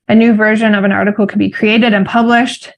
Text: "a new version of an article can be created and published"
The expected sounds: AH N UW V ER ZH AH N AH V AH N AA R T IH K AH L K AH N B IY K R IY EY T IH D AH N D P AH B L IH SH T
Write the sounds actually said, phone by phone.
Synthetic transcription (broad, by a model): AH N UW V ER ZH AH N AH V AH N AA R T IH K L K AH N B IY K R IY EY T IH D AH N P AH B L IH SH T